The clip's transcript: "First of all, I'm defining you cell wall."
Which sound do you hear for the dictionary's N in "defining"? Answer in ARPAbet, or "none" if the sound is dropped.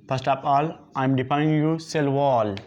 none